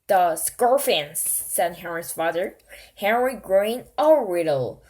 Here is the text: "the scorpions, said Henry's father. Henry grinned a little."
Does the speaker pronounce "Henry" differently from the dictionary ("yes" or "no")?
no